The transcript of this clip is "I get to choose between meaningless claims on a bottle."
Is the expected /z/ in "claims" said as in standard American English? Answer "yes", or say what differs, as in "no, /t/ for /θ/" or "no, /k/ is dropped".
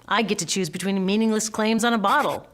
yes